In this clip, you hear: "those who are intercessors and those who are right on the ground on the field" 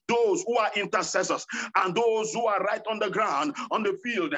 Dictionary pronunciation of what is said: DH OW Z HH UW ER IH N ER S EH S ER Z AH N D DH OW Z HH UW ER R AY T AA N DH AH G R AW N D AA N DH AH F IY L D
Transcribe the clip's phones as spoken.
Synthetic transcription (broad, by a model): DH OW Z HH UW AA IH N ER S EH S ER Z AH N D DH OW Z HH UW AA R AY T AA N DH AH G R AW N D AA N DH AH F IY L D